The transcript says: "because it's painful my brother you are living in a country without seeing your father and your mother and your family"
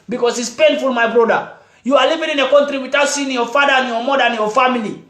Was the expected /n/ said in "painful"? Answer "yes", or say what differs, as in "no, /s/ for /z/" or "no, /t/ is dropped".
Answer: yes